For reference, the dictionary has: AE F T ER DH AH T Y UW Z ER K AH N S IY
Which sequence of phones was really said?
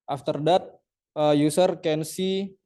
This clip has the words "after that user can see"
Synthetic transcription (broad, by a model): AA F T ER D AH T Y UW S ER K AH N S IY